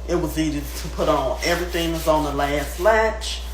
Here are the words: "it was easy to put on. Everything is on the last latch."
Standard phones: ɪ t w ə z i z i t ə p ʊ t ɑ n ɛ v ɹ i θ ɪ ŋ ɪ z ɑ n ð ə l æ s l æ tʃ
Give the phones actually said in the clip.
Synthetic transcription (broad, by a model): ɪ t w ə z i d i t ə p ʊ t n ɛ v ɹ i θ ɪ ŋ ɪ z n ð ə l æ s l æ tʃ